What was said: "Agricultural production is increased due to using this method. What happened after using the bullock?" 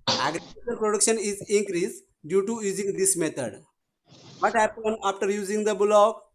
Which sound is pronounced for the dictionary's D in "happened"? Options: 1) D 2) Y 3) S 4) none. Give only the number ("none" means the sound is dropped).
4